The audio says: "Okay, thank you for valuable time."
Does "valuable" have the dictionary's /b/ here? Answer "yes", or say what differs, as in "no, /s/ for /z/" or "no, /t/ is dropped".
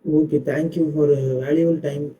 no, /b/ is dropped